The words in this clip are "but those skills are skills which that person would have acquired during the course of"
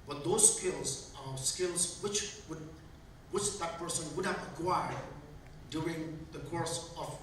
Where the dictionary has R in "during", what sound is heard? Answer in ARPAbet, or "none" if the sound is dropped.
R